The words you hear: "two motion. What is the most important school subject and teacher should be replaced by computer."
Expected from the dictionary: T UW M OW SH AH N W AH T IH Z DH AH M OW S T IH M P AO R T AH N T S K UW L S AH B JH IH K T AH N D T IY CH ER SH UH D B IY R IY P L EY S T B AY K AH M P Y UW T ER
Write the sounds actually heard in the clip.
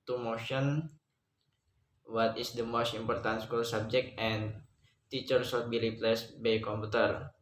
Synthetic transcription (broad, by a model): T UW M OW SH AH N W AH T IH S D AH M OW S T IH M P AO R T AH N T S K UW L S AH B JH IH K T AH N T IY CH ER S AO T B IY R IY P L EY S B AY K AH M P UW T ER